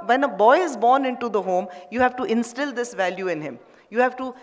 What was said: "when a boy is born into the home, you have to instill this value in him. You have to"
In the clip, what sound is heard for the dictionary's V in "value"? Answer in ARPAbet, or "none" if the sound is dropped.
V